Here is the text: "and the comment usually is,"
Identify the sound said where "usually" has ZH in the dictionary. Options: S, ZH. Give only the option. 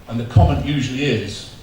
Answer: ZH